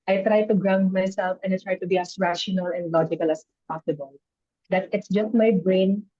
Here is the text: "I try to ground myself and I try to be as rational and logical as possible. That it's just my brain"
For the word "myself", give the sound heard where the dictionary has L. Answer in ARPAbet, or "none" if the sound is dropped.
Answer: L